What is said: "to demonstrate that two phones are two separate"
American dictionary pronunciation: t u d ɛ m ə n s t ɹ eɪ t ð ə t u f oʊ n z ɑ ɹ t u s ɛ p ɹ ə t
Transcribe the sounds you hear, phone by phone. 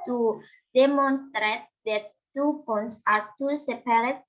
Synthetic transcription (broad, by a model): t u d ɛ m ə n s t ɹ eɪ t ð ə t u p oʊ n s ɑ ɹ t u s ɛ p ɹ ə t